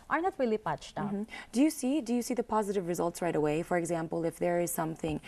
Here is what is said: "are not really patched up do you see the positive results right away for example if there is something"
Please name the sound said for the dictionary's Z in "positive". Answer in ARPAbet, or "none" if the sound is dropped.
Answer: Z